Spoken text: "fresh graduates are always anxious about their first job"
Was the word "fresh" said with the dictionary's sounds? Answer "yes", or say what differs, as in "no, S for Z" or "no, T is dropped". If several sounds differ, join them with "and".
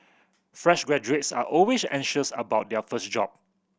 yes